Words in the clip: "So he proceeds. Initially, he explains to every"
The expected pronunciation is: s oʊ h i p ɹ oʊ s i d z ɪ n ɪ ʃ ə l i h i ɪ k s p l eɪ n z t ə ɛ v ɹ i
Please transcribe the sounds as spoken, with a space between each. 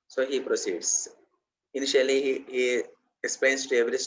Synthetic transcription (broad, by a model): s oʊ h i p ɹ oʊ s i d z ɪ n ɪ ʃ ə l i h i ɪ k s p eɪ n s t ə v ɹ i